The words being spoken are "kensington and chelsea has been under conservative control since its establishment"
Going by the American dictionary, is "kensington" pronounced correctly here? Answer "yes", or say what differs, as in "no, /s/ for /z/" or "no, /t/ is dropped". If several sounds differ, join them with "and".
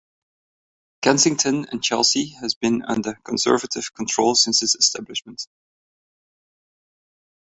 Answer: no, /s/ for /z/